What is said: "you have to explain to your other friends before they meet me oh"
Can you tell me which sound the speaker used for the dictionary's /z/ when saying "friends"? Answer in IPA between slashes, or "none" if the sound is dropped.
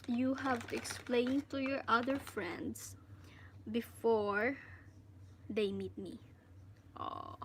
/s/